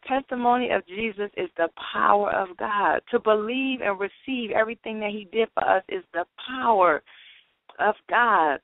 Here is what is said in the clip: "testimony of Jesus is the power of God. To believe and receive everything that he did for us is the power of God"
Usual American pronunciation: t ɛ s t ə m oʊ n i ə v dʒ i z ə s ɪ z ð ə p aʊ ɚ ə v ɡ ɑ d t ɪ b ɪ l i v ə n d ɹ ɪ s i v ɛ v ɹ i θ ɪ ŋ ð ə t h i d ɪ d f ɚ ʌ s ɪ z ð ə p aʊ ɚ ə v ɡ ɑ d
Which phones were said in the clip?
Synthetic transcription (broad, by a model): t ɛ s t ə m oʊ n i ə v dʒ i z ə s ɪ z ð ə p aʊ ɚ ə v ɡ ɑ d t ɪ b ɪ l i v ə n ɹ ɪ s i v ɛ v ɹ i θ ɪ ŋ ð ə t h i d ɪ d f ɚ ʌ s ɪ z ð ə p aʊ ɚ ə v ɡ ɑ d